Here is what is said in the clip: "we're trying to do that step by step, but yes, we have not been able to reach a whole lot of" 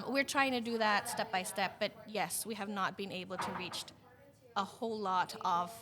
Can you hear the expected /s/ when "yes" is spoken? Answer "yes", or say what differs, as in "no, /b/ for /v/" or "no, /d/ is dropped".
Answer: yes